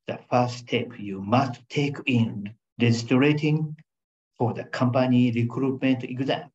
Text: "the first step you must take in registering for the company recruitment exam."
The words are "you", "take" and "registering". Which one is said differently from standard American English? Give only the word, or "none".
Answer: registering